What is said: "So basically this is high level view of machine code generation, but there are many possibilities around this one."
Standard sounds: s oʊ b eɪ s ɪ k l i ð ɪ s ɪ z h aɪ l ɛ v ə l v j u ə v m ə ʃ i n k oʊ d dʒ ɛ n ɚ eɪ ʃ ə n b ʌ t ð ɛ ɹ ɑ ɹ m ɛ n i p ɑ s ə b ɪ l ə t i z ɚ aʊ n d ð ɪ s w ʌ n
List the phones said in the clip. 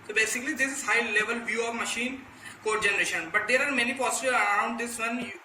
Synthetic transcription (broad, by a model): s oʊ b eɪ s ɪ k l i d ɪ s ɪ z h aɪ l ɛ v ə l v j u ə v m ə ʃ i n k oʊ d dʒ ɛ n ɚ eɪ ʃ ə n b ʌ t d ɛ ɹ ɑ ɹ m ɛ n i p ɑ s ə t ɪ ə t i ʊ n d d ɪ s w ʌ n